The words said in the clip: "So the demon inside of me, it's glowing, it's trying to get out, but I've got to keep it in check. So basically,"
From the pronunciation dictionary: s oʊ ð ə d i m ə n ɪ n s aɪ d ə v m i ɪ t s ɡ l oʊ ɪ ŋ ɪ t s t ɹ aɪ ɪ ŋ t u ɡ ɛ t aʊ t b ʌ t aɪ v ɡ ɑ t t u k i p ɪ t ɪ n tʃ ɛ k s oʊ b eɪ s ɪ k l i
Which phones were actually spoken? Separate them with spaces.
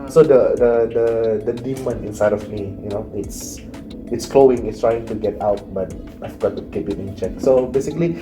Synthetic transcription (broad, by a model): s oʊ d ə d i m ə n ɪ n s aɪ d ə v m i ɪ t s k l oʊ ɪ ŋ ɪ t s t ɹ aɪ ɪ ŋ t u ɡ ɛ t aʊ t b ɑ t aɪ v ɡ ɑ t t u k i p ɪ t ɪ n tʃ ɛ k s oʊ b eɪ s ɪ k l i